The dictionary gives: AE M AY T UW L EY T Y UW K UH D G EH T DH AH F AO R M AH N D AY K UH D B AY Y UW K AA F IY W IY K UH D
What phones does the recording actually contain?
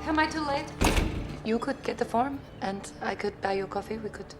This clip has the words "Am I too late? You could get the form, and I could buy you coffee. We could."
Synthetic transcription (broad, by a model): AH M AY T UW L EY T Y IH K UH D G EH T DH AH F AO R M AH N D AY K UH D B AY Y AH K AA F IY W IY K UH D